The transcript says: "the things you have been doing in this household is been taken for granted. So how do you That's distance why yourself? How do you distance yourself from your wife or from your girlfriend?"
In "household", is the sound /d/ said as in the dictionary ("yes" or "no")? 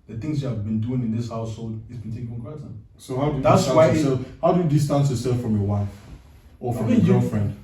yes